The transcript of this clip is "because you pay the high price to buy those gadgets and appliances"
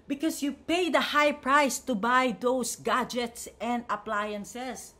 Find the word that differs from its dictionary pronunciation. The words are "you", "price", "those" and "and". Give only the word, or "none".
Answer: those